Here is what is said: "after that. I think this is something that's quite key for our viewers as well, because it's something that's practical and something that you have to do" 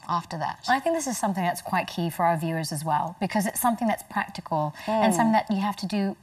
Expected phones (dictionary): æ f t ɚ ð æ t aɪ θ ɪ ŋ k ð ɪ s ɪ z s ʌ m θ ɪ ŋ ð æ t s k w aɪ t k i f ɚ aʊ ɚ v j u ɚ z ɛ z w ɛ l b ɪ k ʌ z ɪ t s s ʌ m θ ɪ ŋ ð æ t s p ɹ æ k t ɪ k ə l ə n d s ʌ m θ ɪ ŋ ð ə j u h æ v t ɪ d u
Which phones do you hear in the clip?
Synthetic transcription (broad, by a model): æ f t ɚ ð æ t aɪ θ ɪ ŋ k ð ɪ s ɪ z s ʌ m θ ɪ ŋ ð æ t s k w aɪ t k i f ɚ aʊ ɚ v j u ɚ z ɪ z w ɛ l b ɪ k ʌ z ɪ t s s ʌ m θ ɪ ŋ ð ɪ t s p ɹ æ k t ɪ k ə l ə n s ʌ m θ ɪ ŋ ð ə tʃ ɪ h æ f t ɪ d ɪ